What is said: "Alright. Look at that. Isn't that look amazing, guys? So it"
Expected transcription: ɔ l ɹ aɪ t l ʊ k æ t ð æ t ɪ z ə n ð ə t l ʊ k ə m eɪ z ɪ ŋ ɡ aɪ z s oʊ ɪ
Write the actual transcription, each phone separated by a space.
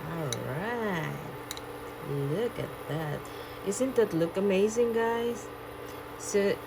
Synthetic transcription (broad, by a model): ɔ l ɹ aɪ t l ʊ k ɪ t ð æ t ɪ s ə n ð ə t l ʊ k ə m eɪ z ɪ ŋ ɡ aɪ z s oʊ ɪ